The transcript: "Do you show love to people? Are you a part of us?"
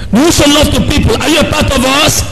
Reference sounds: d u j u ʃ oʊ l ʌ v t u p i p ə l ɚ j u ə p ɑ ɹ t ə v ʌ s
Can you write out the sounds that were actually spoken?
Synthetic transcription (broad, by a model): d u j u s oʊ l ʌ v t u p i p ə l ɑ j u ə p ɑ t ə v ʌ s